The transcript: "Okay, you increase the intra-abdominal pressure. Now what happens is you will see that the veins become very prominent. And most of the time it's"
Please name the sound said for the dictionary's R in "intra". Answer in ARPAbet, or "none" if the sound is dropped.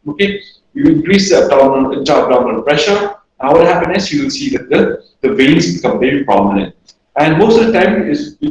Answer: none